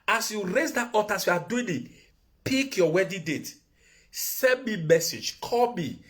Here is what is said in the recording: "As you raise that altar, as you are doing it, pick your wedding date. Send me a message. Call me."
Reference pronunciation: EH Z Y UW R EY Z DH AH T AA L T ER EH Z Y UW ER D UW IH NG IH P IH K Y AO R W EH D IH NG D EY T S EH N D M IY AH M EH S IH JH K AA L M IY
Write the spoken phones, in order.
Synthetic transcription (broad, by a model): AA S Y UW R EY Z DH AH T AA T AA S Y UW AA D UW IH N IH P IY K Y AO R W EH D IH D EY T S EH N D M IY M EH S IH JH K AA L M IY